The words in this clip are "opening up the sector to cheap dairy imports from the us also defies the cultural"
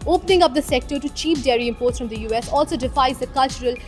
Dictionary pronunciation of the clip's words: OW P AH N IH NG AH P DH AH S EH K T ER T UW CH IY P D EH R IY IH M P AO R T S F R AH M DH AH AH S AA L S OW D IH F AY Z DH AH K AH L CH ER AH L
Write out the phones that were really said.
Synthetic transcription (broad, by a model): OW P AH N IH NG AH P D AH S EH K T ER T UW CH IY P D EH R IY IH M P AO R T S F R AH M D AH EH S AA L S OW D IH F AY Z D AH K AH L CH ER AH L